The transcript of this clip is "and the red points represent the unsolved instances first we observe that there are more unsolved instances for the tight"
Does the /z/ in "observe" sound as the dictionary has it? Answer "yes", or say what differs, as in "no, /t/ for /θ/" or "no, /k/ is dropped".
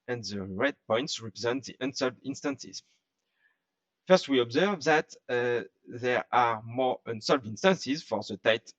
yes